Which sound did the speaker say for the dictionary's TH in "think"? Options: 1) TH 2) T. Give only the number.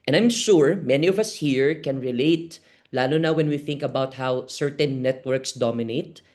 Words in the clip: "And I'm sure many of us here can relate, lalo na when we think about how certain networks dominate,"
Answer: 1